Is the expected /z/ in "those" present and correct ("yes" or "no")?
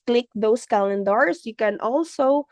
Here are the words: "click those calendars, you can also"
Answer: no